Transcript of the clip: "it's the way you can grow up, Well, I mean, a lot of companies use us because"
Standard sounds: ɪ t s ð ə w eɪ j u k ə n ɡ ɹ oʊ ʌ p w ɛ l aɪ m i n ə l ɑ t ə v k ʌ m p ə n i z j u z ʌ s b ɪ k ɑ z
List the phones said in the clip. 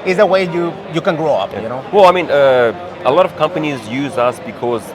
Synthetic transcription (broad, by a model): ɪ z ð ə w eɪ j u k ə n ɡ ɹ oʊ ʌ p w ɛ l aɪ m i n ə l ɑ t ə v k ʌ m p ə n i z j u z ʌ s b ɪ k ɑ z